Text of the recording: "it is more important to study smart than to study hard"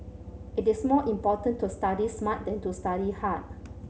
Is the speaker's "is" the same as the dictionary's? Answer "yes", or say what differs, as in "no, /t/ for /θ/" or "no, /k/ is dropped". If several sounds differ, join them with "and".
no, /s/ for /z/